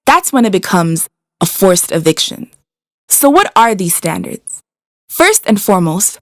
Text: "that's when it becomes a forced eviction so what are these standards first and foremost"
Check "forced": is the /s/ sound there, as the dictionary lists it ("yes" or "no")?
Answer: yes